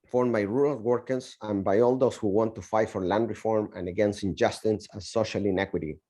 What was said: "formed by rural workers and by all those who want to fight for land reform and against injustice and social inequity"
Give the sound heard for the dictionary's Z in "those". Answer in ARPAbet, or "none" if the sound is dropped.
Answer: S